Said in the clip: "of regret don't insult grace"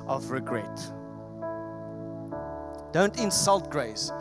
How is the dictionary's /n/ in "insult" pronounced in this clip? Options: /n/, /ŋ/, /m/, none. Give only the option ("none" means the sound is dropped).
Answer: /n/